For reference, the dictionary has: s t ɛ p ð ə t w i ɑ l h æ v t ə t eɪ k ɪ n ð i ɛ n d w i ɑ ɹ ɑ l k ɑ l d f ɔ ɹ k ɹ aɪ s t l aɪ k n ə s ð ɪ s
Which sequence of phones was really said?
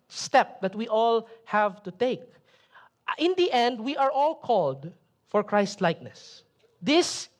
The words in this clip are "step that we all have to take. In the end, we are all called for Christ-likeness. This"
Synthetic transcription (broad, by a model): s t ɛ p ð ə t w i ɑ l h æ v t ə t eɪ k ɪ n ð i ɛ n d w i ɑ ɹ ɑ l k ɑ l d f ɔ ɹ k ɹ aɪ s t l aɪ k n ə s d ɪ s